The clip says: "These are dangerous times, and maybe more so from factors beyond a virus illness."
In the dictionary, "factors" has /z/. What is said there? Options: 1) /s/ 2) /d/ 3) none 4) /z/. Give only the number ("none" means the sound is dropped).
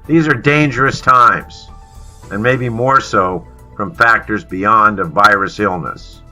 4